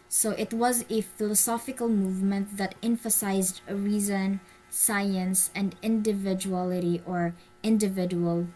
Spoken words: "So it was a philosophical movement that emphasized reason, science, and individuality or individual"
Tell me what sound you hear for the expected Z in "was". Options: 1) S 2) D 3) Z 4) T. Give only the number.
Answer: 3